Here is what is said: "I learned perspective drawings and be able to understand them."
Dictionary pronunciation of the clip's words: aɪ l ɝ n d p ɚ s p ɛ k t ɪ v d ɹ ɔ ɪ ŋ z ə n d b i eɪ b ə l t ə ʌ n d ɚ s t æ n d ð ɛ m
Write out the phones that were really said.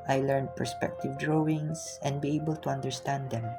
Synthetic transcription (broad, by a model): aɪ l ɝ n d p ɚ s p ɛ k t ɪ v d ɹ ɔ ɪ ŋ s ə n d b i eɪ b ə l t ə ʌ n d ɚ s t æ n d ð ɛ m